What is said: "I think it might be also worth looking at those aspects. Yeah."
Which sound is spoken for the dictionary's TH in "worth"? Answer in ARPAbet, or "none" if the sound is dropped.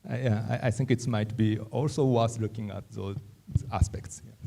S